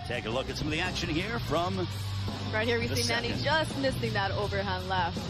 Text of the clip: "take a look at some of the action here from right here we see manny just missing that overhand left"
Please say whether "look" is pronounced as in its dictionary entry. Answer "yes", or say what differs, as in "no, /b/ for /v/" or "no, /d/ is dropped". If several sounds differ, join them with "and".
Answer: yes